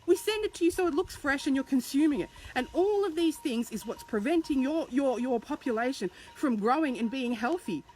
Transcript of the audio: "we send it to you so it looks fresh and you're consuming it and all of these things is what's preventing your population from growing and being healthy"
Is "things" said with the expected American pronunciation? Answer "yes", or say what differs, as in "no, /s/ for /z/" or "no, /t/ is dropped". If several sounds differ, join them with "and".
yes